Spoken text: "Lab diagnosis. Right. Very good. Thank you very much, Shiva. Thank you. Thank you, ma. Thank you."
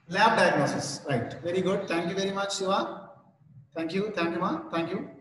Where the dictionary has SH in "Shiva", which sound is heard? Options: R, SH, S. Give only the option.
S